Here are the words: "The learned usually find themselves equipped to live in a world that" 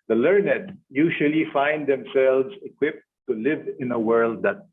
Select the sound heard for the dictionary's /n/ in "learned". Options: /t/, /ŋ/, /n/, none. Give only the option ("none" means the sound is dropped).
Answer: /n/